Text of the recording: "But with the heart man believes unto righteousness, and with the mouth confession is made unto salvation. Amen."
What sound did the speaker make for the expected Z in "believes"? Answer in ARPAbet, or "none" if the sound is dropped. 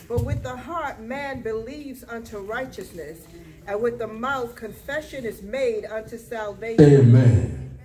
Z